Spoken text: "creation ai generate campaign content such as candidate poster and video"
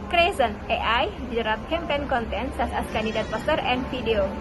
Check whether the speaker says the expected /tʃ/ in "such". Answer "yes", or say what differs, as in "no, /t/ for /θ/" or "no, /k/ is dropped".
no, /s/ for /tʃ/